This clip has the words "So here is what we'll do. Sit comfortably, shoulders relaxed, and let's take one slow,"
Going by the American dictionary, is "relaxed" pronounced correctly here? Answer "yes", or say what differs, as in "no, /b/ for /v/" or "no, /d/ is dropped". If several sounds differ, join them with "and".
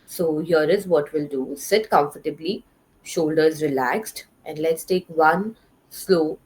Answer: yes